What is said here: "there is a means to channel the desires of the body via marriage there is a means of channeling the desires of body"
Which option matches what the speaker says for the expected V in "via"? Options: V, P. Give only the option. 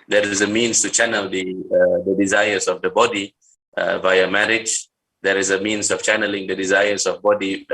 V